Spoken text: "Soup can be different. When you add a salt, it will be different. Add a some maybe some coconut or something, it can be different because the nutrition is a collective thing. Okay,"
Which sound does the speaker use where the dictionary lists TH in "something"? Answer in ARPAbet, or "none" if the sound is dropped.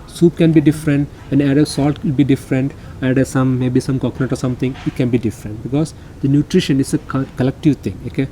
T